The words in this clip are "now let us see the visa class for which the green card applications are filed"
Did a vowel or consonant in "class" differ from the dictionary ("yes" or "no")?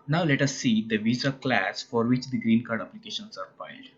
no